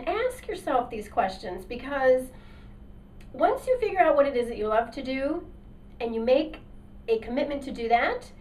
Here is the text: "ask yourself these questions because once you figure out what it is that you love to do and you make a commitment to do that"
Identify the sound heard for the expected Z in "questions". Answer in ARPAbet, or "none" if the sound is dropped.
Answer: Z